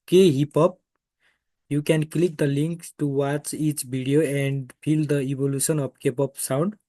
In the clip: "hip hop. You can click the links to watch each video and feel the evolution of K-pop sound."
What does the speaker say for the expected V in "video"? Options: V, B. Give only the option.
B